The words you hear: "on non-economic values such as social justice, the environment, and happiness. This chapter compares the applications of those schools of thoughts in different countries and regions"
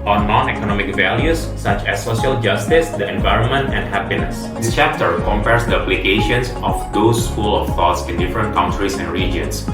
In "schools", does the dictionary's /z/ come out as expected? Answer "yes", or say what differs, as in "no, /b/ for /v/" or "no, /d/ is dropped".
no, /z/ is dropped